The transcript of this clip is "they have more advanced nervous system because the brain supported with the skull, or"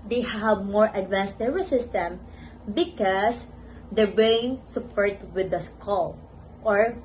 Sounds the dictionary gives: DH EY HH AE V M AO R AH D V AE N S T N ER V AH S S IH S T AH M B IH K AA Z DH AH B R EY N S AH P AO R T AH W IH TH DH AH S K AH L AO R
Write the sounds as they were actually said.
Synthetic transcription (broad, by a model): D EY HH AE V M AO R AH D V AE N S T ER AH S S IH S T AH M B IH K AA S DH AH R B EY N S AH P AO R T W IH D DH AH S K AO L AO R